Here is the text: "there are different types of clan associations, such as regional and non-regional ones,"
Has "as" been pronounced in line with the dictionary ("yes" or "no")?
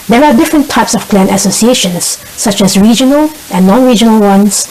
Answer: no